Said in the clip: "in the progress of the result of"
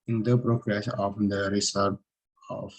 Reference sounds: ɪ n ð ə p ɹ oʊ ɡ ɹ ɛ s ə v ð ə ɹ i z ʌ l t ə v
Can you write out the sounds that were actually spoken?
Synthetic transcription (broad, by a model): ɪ n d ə p ɹ oʊ ɡ ɹ ɛ s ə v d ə ɹ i s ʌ t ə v